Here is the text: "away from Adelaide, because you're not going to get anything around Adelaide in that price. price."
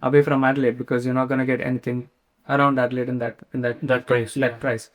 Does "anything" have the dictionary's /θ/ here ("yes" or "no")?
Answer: no